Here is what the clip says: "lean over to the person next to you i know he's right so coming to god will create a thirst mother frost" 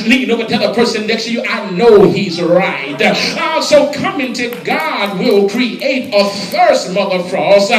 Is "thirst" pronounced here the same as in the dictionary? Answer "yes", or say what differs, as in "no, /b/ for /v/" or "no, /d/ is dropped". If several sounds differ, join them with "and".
no, /f/ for /θ/